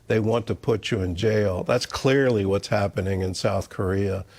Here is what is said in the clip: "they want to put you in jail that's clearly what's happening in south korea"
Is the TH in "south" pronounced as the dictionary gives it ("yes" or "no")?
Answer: yes